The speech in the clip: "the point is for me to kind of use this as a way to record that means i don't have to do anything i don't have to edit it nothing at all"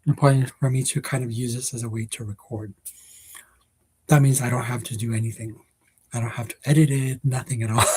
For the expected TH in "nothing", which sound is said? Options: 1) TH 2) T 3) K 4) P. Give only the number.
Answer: 1